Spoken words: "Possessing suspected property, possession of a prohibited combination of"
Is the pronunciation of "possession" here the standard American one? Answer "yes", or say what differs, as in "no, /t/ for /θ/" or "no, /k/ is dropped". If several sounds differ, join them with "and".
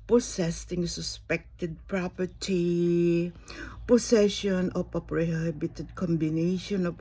no, /s/ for /z/